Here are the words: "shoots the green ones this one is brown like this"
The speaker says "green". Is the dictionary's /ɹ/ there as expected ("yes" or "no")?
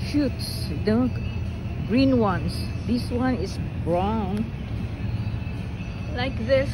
yes